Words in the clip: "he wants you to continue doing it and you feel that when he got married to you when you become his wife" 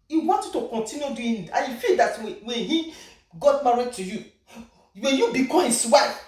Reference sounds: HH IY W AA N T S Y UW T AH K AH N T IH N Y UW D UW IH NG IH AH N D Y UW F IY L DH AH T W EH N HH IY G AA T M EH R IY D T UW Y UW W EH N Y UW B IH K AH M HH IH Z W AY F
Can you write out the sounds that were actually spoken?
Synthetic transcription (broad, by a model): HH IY W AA N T Y UW T AH K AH N T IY N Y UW D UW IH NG IH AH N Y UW F IY L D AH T W EH N HH IY G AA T M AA R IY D T UW Y UW W EH N Y UW B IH K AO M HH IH S W AY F